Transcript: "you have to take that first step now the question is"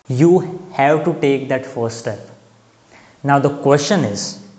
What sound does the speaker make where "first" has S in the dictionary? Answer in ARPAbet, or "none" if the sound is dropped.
none